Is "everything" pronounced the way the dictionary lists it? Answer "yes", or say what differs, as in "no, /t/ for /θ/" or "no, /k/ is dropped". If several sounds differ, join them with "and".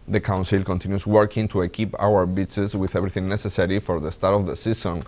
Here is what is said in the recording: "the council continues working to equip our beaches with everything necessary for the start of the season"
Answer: no, /b/ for /v/